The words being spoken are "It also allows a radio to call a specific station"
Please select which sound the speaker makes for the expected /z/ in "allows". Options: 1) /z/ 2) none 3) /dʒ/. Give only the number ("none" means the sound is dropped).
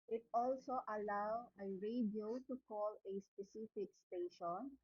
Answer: 2